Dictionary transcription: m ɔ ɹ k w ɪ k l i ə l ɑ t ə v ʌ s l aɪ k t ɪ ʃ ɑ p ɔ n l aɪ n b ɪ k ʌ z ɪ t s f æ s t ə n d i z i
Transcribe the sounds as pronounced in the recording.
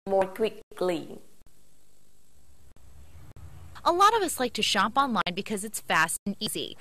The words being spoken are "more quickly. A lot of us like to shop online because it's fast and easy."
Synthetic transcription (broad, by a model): m ɔ ɹ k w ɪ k l i ə l ɑ t ə v ʌ s l aɪ k t ɪ ʃ ɑ p ɔ n l aɪ n b ɪ k ʌ z ɪ t s f æ s t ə n i z i